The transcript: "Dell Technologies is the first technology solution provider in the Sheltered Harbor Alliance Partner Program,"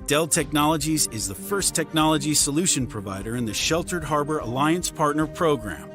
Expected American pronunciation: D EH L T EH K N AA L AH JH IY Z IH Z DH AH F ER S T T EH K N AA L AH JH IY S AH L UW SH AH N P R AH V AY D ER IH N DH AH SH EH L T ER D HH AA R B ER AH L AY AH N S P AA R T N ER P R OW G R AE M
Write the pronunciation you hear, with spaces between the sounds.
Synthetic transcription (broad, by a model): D EH L T EH K N AA L AH JH IY Z IH Z DH AH F ER S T T EH K N AA L AH JH IY S AH L UW SH AH N P R AH V AY D ER IH N DH AH SH EH L T ER D HH AA R B ER AH L AY AH N S P AA R T N ER P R OW G R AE M